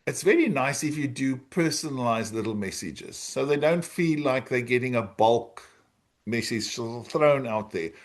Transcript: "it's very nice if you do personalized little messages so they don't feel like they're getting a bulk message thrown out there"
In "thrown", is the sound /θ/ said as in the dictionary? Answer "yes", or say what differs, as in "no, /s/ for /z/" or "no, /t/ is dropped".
yes